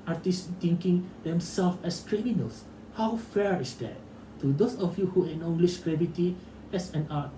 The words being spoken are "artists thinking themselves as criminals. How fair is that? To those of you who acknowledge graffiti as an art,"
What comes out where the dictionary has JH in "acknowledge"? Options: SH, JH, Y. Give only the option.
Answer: SH